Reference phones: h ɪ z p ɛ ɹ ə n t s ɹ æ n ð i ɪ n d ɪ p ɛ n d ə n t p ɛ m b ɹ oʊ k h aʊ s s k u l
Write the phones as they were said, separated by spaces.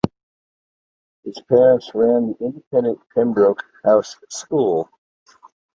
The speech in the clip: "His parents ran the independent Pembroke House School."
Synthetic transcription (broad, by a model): h ɪ z p ɛ ɹ ə n t s ɹ æ n ð i ɪ n d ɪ p ɛ n d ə n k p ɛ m b ɹ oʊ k h aʊ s s k u l